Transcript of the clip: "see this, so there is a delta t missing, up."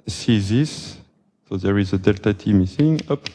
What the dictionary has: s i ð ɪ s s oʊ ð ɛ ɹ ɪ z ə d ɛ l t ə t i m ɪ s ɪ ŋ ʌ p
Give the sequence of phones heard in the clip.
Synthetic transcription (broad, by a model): s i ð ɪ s s oʊ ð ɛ ɹ ɪ z ə d ɛ l t ə t i m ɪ s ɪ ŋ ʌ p